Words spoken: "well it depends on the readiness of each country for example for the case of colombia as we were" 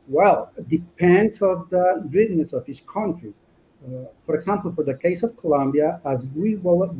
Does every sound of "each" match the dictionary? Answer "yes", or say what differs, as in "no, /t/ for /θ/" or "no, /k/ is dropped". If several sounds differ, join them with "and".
no, /s/ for /tʃ/